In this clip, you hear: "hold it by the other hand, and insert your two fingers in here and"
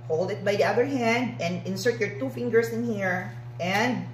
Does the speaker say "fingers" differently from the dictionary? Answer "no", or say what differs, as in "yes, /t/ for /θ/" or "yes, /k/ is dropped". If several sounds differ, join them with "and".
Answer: yes, /s/ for /z/